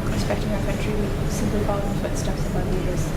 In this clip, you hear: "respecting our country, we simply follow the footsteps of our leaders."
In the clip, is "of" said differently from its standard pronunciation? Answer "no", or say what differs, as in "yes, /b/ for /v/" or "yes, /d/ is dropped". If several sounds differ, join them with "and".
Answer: yes, /b/ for /v/